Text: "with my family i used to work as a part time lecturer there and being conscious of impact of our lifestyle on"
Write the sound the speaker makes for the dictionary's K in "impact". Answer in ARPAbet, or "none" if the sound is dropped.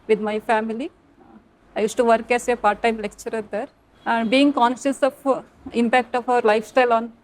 K